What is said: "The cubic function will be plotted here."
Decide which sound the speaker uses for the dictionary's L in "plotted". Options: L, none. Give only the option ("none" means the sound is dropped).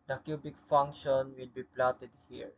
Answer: L